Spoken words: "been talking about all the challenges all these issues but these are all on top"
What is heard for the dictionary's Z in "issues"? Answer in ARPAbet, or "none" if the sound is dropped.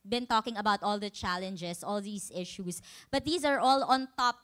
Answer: S